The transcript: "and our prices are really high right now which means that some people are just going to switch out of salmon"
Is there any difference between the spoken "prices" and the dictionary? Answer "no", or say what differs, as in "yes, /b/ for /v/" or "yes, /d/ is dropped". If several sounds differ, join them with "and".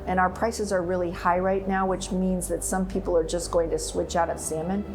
no